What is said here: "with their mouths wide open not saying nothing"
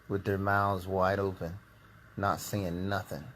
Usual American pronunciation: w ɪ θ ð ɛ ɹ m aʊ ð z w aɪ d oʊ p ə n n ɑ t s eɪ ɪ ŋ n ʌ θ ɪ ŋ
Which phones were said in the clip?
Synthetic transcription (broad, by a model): w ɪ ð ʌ ɹ m aʊ z w aɪ d oʊ p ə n n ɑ t s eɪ ɪ ŋ n ʌ θ ɪ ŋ